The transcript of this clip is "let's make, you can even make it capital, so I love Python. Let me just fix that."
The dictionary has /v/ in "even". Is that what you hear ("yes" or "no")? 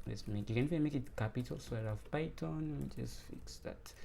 no